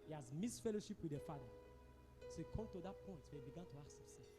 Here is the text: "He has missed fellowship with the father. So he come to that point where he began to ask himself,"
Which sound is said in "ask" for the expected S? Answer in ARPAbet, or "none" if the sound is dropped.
none